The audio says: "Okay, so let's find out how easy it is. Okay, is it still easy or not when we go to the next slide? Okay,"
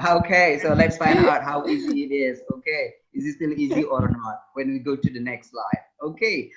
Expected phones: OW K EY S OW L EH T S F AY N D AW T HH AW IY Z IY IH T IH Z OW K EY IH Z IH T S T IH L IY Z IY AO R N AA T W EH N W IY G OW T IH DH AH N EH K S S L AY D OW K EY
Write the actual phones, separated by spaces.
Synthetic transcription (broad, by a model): OW K EY S OW L EH T S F AY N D AW T HH AW IY Z IY IH T IH Z OW K EY IH Z IH T S T IH L IY Z IY AO R N AA T W EH N W IY G OW T IH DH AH N EH K S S L AY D OW K EY